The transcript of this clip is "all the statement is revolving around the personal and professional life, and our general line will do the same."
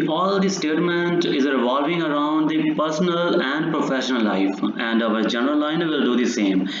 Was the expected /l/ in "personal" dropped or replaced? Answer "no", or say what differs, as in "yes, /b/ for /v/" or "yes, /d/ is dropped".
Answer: no